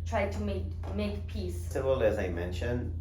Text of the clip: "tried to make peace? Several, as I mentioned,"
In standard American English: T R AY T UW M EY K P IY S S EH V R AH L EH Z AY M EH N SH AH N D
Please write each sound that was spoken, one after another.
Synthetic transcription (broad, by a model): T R AY T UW M EY K P IY S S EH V AH L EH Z AY M EH N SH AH N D